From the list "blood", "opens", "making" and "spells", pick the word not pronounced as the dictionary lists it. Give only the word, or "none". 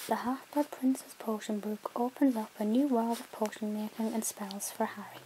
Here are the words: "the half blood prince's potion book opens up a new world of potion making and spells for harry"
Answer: blood